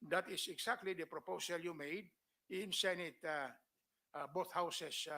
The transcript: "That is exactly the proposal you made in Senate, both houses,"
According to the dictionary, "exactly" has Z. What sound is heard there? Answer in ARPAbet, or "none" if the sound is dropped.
S